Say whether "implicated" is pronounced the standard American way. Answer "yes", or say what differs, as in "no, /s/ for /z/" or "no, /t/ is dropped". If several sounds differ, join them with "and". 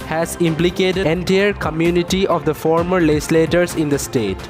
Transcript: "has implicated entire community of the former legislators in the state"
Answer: no, /d/ is dropped